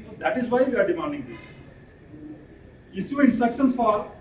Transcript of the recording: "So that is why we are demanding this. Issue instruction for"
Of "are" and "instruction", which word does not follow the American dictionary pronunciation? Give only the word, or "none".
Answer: instruction